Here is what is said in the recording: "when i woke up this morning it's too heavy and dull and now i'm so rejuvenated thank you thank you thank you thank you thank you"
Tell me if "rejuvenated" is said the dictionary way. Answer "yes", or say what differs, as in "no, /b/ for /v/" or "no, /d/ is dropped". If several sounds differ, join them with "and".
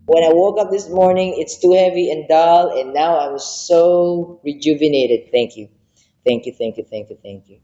yes